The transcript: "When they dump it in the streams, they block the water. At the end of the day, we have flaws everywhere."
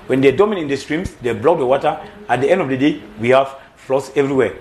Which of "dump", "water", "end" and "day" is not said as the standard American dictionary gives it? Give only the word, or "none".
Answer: dump